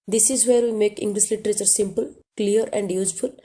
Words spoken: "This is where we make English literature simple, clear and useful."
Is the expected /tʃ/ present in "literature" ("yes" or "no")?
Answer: yes